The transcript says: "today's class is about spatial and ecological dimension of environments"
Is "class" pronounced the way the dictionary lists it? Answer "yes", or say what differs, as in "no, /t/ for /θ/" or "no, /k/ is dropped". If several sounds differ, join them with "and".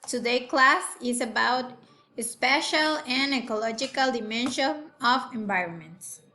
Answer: yes